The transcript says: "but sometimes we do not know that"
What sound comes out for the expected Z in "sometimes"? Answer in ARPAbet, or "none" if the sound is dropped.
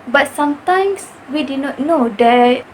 S